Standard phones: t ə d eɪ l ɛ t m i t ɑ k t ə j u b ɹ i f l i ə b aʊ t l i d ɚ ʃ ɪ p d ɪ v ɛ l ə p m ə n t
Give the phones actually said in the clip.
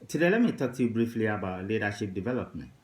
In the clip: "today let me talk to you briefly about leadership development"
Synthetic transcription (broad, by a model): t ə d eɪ l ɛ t m i t ɑ k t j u b ɹ i f l i ə b aʊ t l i d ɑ ʃ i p d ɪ v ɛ l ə p m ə n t